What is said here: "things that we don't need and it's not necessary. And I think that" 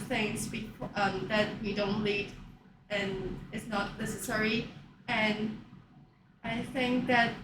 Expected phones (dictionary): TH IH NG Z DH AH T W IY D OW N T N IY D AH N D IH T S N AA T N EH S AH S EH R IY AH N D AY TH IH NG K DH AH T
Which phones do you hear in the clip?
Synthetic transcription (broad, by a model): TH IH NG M DH AH T W IY D OW N T L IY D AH N IH T S N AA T N EH S AH S EH R IY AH N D AY TH IH NG K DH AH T